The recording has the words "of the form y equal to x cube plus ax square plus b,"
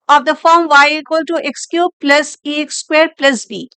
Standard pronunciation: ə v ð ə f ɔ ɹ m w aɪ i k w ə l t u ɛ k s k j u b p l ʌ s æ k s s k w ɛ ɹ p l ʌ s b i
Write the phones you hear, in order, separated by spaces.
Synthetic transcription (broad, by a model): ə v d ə f ɔ ɹ m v aɪ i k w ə l t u ɛ k s k j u p l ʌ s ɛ k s s k w ɛ ɹ p l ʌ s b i